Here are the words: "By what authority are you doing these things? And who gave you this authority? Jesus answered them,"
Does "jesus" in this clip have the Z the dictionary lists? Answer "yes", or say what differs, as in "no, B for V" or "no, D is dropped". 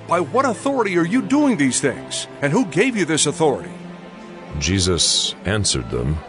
yes